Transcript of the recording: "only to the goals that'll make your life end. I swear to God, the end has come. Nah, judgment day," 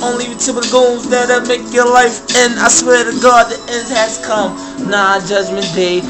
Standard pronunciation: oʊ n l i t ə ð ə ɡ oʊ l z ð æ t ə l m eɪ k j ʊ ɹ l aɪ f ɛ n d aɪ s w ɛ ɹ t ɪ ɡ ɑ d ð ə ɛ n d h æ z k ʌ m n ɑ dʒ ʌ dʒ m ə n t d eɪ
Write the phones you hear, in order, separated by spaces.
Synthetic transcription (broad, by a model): oʊ n l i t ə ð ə ɡ oʊ l z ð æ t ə m eɪ k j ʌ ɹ l aɪ f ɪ n aɪ s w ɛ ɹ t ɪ ɡ ɑ d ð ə ɛ n d h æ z k ʌ m n ɑ dʒ ʌ dʒ m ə n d eɪ